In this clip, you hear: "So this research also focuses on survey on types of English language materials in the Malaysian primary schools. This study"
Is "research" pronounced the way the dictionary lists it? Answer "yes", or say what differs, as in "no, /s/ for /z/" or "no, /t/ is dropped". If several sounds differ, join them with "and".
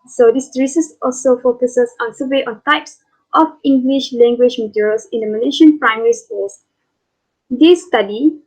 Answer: no, /s/ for /tʃ/